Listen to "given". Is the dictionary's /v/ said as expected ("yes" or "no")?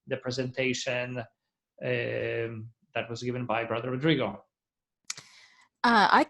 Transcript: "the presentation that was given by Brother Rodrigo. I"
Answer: yes